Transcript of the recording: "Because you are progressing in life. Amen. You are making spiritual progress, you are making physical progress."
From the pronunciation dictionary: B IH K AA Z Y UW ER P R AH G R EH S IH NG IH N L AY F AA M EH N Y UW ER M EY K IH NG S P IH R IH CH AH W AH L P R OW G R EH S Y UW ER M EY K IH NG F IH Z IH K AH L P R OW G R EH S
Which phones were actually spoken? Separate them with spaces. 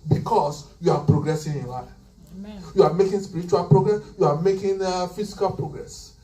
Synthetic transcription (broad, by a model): B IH K AA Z Y UW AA P R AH G R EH S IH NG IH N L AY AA IH Y UW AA M EY K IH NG S P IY R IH CH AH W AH L P R OW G R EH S Y UW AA M EY K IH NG F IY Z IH K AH L P R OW G R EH S